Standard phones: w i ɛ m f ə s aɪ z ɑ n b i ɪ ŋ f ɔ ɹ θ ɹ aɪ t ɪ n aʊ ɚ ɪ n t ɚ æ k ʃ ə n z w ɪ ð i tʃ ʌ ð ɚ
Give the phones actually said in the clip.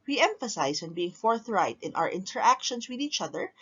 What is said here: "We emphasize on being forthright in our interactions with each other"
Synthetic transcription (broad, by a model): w i ɛ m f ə s aɪ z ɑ n b i ɪ ŋ f ɔ ɹ θ ɹ aɪ t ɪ n aʊ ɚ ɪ n t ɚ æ k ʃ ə n s w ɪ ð i tʃ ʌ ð ɚ